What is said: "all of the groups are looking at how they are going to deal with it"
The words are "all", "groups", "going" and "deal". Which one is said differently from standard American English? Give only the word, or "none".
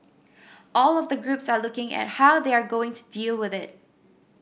none